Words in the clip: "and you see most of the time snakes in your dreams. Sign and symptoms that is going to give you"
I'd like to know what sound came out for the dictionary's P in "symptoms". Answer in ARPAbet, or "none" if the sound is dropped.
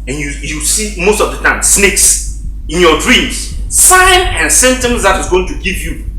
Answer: none